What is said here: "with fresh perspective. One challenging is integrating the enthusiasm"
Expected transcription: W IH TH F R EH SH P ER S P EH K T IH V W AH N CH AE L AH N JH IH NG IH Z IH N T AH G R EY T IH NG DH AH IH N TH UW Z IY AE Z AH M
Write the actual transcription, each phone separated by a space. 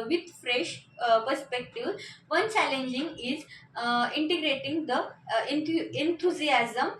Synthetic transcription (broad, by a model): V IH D F R EH SH P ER S P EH K T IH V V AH N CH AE L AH N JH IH NG IH Z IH N T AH G R EY T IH NG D AH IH N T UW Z IY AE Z AH M